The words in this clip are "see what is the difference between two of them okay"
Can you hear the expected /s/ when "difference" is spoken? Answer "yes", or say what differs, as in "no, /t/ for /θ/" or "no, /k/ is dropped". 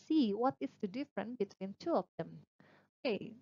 no, /s/ is dropped